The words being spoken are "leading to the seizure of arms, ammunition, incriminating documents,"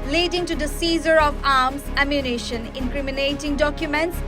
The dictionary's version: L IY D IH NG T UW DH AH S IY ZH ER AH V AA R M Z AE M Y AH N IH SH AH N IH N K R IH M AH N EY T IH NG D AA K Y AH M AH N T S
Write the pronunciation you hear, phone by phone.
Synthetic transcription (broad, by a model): L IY D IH NG T UW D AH S IY Z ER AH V AA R M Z AE M Y AH N IH SH AH N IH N K R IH M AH N EY T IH NG D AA K Y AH M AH N T S